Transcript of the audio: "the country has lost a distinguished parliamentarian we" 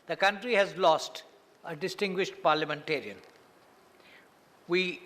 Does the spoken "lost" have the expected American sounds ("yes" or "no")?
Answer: yes